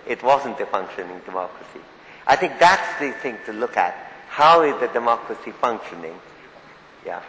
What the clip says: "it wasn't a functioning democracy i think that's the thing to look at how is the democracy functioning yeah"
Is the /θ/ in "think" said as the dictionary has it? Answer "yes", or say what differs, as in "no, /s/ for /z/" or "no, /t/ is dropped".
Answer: yes